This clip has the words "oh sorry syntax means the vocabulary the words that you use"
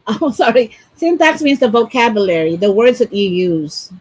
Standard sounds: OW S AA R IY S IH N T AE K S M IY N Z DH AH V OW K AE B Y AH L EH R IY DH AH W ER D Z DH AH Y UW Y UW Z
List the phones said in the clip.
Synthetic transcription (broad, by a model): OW S AA R IY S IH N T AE K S M IY N Z DH AH V OW K AE B Y AH L EH R IY DH AH W ER D Z DH AH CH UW Y UW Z